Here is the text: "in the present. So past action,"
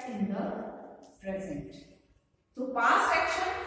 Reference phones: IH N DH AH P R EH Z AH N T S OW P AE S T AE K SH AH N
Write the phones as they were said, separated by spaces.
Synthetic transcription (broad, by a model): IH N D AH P R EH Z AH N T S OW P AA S EH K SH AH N